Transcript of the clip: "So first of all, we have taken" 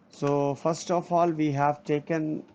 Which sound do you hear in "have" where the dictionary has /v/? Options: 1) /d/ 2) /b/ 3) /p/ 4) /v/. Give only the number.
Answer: 4